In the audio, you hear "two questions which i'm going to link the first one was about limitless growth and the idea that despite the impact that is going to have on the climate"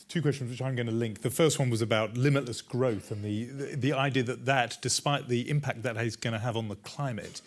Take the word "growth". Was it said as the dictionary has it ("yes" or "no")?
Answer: yes